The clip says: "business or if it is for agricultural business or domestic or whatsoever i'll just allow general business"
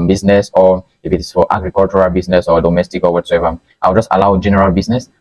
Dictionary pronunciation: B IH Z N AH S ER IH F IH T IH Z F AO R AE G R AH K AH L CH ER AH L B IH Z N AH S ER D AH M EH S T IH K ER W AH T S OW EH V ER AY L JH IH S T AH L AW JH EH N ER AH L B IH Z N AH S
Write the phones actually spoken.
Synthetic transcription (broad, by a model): B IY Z N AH S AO IH F IH T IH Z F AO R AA G R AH K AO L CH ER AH L B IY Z N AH S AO D AH M EH S T IH K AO W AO T S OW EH V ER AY W JH IH S T AH L AW JH EH N ER AH L B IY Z N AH S